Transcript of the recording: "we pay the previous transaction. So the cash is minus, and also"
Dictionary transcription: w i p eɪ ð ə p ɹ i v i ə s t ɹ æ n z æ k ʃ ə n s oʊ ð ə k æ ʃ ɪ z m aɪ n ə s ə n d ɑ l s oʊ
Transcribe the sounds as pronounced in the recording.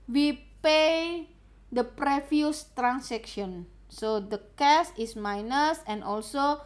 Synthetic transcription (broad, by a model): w i p eɪ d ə p ɹ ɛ f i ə s t ɹ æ n s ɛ k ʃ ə n s oʊ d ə k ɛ s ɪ s m aɪ n ə s ə n d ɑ l s oʊ